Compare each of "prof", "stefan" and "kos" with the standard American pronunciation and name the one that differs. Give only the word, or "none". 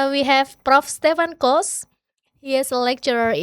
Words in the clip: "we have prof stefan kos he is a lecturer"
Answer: none